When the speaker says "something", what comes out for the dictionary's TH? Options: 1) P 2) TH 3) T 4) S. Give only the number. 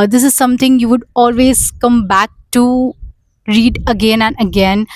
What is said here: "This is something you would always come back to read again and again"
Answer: 3